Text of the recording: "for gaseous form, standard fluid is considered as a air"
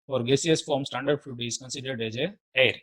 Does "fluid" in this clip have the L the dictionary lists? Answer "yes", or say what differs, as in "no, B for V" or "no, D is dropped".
no, L is dropped